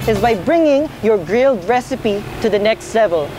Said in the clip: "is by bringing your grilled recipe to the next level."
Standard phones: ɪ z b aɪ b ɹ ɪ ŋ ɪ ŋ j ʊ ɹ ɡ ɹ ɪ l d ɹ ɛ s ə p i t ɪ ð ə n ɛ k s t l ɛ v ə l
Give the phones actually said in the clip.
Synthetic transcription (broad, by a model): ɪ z b aɪ b ɹ ɪ ŋ ɪ ŋ j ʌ ɹ ɡ ɹ ɪ l d ɹ ɛ s ə p i t ɪ ð ə n ɛ k s t l ɛ v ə l